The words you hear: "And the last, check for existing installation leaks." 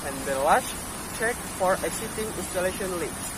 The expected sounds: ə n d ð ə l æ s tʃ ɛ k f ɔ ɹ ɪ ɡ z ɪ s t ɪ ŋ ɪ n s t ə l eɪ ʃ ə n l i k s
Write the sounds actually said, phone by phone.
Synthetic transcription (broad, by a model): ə n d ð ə l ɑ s tʃ ɛ k f ɔ ɹ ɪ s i t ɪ ŋ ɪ n s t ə l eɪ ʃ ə n l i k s